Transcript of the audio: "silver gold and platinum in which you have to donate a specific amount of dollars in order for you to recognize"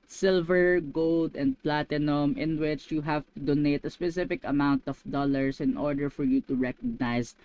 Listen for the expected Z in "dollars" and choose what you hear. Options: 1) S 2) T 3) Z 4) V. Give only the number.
1